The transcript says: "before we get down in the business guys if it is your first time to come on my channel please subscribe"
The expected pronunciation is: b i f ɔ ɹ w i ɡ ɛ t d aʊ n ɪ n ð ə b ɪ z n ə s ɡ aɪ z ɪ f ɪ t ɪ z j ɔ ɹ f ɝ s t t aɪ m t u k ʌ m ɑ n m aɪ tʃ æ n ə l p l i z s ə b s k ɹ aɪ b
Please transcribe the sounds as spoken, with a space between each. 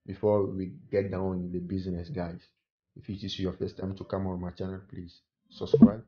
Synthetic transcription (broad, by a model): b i f ɔ w i ɡ ɛ t d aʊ ɪ n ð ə b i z n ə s ɡ aɪ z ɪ f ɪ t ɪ s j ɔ f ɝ s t t aɪ m t u k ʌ m ɑ n m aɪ tʃ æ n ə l p l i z s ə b s k ɹ aɪ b